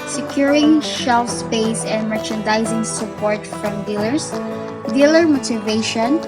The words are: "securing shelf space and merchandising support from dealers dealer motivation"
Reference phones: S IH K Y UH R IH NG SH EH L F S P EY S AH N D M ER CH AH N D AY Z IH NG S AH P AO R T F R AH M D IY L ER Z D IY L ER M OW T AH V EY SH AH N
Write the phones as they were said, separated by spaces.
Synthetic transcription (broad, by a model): S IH K Y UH R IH NG SH EH L F S P EY S AH N D M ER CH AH N D AY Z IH NG S AH P AO R T F R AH M D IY L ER S D IY L ER M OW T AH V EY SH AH N